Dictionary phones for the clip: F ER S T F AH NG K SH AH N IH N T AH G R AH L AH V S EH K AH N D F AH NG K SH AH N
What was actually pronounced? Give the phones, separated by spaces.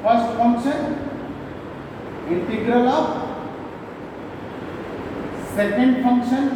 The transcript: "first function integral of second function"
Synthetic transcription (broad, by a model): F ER S T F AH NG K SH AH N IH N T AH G R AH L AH P S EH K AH N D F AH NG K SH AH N